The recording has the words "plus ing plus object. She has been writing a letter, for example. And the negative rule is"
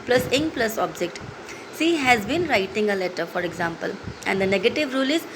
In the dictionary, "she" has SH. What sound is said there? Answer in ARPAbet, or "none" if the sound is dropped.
S